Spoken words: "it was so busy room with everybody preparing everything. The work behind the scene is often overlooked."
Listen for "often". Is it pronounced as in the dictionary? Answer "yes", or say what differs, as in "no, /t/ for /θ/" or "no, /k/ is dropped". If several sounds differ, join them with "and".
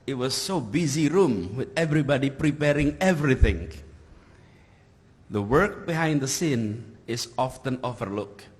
yes